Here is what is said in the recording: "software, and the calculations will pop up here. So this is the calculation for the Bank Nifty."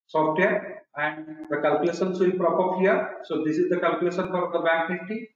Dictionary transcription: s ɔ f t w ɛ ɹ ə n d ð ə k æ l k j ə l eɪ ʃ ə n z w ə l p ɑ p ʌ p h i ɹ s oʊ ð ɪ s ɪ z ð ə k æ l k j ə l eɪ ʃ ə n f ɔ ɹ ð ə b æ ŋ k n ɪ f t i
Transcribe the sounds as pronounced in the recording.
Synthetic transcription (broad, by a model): s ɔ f t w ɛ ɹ ə n d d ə k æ l k j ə l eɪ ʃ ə n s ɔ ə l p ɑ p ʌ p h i ɹ s oʊ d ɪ s ɪ z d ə k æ l k j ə l eɪ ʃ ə n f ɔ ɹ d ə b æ k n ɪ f t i